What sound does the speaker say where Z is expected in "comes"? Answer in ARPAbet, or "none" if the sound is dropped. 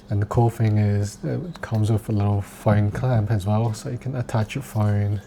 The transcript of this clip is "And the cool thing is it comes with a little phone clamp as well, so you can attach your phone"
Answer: Z